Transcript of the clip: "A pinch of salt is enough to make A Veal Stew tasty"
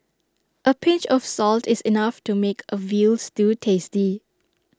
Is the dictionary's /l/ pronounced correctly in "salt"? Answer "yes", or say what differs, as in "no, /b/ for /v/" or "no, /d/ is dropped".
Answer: yes